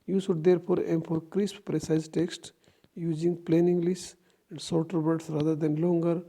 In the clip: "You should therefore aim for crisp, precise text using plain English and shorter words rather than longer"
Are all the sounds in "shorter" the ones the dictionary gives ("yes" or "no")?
no